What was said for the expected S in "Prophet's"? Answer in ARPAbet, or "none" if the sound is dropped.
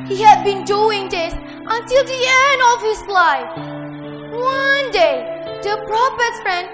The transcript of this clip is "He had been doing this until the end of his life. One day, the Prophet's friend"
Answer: none